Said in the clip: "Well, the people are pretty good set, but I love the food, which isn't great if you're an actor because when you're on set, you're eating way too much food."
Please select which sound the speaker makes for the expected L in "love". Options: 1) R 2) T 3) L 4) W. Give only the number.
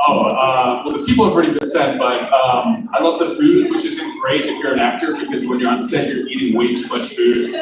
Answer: 3